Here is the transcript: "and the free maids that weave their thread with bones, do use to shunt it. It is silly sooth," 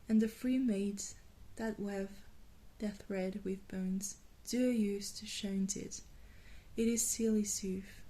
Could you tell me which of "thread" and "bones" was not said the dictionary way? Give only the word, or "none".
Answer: none